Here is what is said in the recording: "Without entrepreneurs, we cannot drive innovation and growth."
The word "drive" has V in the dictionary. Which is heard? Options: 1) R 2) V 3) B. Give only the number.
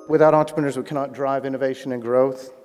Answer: 2